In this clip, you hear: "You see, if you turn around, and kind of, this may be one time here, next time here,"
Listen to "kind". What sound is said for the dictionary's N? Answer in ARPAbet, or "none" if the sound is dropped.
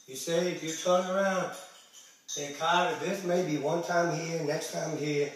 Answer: none